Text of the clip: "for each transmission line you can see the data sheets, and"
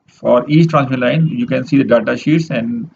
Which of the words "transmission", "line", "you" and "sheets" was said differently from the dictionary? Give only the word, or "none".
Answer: transmission